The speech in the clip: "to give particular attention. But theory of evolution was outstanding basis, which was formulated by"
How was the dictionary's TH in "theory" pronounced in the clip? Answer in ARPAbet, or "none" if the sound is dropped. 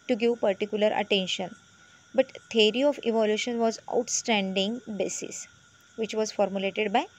T